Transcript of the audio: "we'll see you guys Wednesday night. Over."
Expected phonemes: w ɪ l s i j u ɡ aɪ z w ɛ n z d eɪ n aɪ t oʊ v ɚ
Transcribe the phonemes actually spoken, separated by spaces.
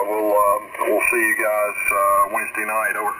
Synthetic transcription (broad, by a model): w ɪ l s i j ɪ ɡ aɪ z w ɛ n z d eɪ n aɪ t oʊ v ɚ